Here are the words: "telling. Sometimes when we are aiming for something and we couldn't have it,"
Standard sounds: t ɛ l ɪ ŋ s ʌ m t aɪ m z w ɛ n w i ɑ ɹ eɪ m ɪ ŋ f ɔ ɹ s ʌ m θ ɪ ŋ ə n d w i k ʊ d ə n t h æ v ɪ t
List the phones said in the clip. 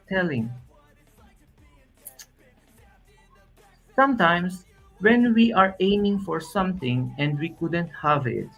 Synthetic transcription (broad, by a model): t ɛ l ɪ ŋ s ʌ m t aɪ m s w ɛ n w i ɑ ɹ eɪ m ɪ ŋ f ɔ ɹ s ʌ m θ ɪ ŋ ə n d w i k ʊ d ə n t h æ v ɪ t